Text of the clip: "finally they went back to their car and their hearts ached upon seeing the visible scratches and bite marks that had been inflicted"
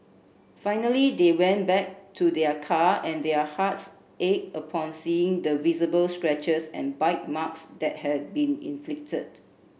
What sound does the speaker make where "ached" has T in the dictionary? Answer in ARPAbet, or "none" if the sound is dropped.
none